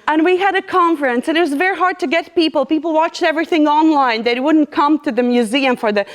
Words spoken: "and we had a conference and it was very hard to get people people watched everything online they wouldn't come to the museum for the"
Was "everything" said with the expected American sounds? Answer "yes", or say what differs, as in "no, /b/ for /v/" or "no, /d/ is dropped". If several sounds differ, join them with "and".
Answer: yes